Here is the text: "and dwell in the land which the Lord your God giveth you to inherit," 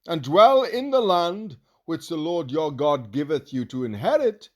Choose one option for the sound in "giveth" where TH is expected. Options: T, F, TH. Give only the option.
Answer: TH